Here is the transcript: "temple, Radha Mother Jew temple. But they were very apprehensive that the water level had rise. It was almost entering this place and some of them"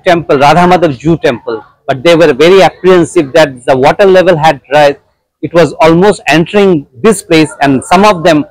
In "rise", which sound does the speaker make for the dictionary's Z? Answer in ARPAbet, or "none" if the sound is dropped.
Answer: none